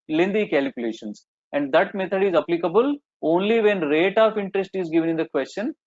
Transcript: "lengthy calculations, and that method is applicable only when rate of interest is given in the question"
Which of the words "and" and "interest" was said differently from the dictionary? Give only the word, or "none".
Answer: none